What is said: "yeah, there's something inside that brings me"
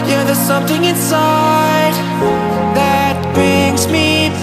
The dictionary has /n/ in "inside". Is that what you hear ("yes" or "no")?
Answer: yes